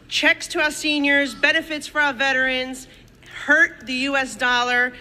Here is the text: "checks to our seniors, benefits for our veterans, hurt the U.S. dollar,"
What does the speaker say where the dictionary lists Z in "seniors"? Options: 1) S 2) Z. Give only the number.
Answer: 2